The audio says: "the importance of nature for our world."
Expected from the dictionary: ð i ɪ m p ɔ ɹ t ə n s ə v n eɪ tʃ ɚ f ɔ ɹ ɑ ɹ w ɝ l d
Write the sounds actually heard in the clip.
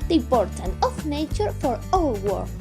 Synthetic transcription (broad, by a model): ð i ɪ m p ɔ ɹ t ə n ə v n eɪ tʃ ɚ f ɔ ɹ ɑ l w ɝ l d